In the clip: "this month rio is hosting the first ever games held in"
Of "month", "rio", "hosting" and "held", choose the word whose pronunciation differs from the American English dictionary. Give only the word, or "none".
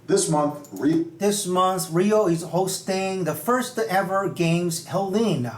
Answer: held